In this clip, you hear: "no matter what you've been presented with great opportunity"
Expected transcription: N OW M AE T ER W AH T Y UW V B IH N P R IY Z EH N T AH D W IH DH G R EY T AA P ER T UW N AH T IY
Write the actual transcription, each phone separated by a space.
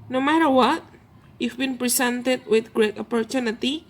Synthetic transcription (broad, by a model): N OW M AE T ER W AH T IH F B IH N P R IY S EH N T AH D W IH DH G R EY T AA P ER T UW N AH T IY